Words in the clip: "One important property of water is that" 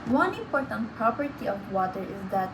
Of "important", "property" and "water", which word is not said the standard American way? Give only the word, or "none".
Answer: important